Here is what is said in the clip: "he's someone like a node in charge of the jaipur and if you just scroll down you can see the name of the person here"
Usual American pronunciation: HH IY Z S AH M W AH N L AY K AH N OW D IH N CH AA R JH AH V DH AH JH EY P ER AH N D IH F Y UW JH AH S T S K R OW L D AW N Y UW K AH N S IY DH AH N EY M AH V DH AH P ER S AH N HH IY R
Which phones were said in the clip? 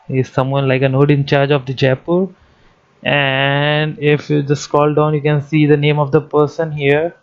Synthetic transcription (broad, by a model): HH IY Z S AH M W AH N L AY K AH N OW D IH N CH AA R JH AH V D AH JH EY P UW AH N D IH F Y UW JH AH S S K OW L D AW N Y UW K AH N S IY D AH N EY M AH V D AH P ER S AH N HH IY R